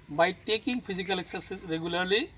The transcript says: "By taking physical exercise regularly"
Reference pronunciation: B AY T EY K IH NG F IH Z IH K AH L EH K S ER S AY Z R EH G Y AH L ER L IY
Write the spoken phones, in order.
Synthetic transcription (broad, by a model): B AY T EY K IH NG P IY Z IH K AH L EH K S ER S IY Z R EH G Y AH L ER L IY